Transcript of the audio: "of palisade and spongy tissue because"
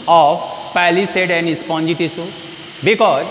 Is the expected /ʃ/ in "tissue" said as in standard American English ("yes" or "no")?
no